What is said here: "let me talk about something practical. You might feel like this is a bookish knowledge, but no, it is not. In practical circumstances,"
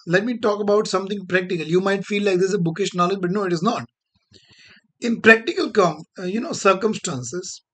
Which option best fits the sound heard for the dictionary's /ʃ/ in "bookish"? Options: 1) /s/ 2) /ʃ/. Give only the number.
2